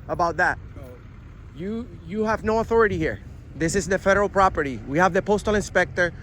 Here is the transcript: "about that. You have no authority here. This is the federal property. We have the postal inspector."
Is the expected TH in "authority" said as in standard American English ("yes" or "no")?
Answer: yes